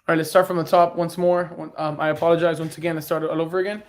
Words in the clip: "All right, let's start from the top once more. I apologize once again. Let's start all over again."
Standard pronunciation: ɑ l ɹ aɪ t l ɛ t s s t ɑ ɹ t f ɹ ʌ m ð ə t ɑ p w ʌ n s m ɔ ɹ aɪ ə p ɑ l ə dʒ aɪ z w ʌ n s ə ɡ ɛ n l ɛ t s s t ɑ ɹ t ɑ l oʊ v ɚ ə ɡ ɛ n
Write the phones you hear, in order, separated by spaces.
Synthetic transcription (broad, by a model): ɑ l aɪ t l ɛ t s s t ɑ ɹ t f ɹ ʌ m ð ə t ɑ p w ʌ n s m ɔ ɹ aɪ ə p ɑ l ə dʒ aɪ z w ʌ n s ə ɡ ɛ n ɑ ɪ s s t ɑ ɹ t ɑ l oʊ v ɚ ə ɡ ɛ n